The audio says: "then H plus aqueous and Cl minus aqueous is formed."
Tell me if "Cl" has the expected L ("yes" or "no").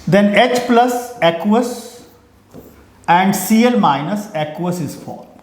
yes